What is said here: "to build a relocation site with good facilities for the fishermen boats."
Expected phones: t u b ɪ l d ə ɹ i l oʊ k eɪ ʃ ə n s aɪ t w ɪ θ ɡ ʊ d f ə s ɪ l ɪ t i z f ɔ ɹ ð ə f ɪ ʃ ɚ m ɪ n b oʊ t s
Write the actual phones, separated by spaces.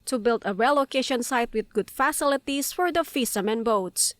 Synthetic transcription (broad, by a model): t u b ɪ l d ə ɹ i l oʊ k eɪ ʃ ə n s aɪ t w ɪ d ɡ ʊ d f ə s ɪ l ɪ t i s f ɔ ɹ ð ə f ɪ s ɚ m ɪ n b oʊ t s